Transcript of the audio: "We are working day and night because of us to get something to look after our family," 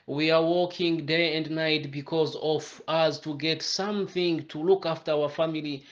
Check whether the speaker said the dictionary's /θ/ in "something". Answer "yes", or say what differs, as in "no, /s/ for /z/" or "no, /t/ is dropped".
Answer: yes